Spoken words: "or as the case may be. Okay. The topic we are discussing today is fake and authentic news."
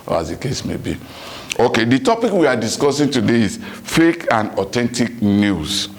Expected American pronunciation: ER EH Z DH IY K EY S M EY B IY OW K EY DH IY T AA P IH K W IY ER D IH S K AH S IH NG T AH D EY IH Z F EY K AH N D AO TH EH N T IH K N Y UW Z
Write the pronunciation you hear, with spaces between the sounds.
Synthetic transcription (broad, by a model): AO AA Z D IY K EY S M EY B IY OW K EY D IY T AA P IH K W IY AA D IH S K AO S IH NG T AH D EY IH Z F EY K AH N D AO T EH N T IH K N Y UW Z